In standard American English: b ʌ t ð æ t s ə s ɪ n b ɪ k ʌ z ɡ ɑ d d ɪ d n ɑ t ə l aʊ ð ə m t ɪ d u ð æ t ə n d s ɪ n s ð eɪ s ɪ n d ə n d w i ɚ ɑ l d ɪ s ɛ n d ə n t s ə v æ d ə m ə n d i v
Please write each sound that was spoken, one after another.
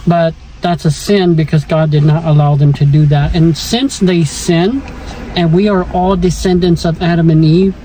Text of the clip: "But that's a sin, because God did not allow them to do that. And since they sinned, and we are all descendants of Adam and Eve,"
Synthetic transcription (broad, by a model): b ʌ t ð æ t s ə s ɪ n b ɪ k ʌ z ɡ ɑ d d ɪ d n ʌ t ə l aʊ ð ə m t ɪ d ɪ ð æ t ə n s ɪ n s ð eɪ s ɪ n ə n w i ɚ ɑ l d ɪ s ɛ n d ə n t s ə v æ d ə m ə n i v